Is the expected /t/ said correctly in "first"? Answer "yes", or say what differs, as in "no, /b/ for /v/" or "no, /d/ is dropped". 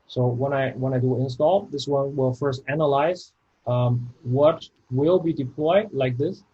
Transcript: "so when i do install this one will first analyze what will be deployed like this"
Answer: yes